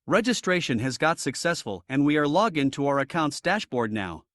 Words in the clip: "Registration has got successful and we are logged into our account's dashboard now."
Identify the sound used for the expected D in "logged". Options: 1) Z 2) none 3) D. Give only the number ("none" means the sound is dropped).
2